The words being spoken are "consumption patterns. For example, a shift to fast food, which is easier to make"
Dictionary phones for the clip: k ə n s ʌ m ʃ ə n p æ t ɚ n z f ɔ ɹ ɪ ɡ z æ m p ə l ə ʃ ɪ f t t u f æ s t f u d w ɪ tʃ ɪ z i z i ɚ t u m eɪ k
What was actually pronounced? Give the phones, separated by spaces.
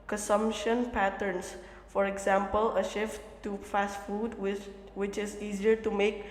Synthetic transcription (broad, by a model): k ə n s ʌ m ʃ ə n p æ t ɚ n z f ɔ ɹ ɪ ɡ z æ m p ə l ə ʃ ɪ f t t u f æ s t f u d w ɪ tʃ ɪ z i z i ɚ t u m eɪ k